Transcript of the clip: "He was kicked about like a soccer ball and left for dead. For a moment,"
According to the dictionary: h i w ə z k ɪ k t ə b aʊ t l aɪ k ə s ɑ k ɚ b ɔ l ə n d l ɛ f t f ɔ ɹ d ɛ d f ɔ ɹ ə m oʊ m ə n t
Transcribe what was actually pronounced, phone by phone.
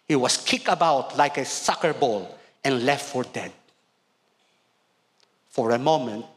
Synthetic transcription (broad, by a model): h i w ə s k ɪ k ə b aʊ t l aɪ k ə s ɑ k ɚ b ɔ l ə n l ɛ f t f ɔ ɹ d ɛ d f ɔ ɹ ə m oʊ m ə n t